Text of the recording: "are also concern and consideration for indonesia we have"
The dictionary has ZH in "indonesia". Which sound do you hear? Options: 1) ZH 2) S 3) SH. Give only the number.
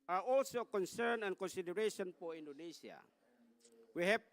2